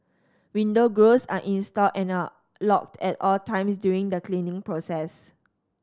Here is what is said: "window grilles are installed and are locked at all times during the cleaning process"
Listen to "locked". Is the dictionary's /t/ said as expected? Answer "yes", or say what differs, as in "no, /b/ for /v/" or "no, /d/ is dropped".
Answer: yes